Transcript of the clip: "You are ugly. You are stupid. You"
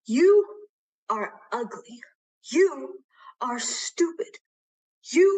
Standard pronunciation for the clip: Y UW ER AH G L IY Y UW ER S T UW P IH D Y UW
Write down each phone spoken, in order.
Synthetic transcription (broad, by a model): Y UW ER AH G L IY Y UW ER S T UW P IH D Y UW